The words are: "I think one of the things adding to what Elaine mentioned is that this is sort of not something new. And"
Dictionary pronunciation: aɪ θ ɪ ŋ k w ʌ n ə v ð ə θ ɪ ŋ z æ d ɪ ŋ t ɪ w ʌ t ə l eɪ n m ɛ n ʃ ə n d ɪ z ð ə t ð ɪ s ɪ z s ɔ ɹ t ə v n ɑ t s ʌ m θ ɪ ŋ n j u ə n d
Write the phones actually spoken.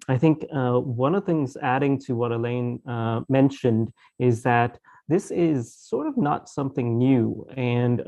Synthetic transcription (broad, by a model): aɪ θ ɪ ŋ k w ʌ n ə v θ ɪ ŋ z æ d ɪ ŋ t ɪ w ʌ t ə l eɪ n m ɛ n ʃ ə n d ɪ z ð ə t ð ɪ s ɪ z s ɔ ɹ t ə v n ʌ t s ʌ m θ ɪ ŋ n j u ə n